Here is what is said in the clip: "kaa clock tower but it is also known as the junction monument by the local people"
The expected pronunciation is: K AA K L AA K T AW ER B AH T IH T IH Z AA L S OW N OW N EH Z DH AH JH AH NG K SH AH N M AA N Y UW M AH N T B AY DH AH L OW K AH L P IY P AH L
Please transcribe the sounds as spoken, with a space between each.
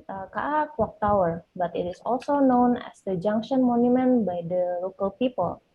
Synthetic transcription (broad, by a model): K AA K W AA K T AW ER B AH T IH T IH S AA L S OW N OW N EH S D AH JH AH NG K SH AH N M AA N Y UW M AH N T B AY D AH L OW K AH L P IY P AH L